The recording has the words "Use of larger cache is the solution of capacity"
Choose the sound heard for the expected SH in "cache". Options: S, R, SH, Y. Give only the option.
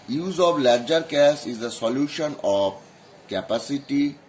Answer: S